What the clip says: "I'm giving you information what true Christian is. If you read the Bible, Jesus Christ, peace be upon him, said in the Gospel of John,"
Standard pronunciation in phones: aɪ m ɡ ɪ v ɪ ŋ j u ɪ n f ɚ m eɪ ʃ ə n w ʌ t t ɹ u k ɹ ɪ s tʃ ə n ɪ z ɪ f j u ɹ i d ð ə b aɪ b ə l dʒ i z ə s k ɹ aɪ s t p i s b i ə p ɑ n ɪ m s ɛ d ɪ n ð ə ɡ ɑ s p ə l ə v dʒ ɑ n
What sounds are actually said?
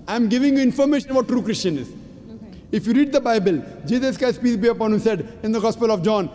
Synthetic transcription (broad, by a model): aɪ m ɡ ɪ v ɪ ŋ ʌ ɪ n f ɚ m eɪ ʃ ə n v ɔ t t ɹ u k ɹ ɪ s tʃ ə n ɪ z ɪ f j u ɹ i d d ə b aɪ b ə l dʒ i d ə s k aɪ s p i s b i ə p ɑ n ɪ m s ɛ d ɪ n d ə ɡ ɑ s p ə l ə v dʒ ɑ n